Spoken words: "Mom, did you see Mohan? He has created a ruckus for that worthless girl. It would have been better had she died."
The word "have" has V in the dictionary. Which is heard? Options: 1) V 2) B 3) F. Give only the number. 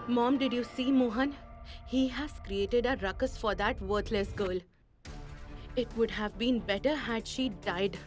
1